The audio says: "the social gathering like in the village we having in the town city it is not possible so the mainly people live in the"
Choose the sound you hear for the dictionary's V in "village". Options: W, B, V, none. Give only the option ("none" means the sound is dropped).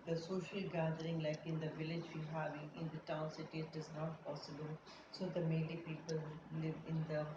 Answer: V